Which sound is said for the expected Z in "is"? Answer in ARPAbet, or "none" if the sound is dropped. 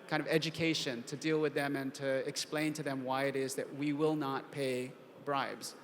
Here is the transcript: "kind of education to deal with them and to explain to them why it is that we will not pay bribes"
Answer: Z